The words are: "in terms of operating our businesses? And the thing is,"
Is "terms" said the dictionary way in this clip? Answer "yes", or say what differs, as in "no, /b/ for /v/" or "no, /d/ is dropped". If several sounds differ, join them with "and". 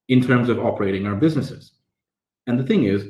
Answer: yes